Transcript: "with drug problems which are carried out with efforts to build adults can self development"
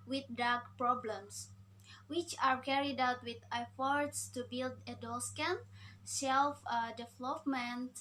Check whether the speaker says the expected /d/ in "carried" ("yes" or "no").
yes